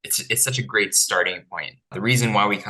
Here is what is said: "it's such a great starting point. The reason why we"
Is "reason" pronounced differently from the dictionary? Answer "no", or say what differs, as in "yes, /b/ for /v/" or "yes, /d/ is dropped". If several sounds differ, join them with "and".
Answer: no